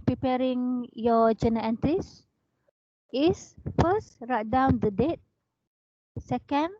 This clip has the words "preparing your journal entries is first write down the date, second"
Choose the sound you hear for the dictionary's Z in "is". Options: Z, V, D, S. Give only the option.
S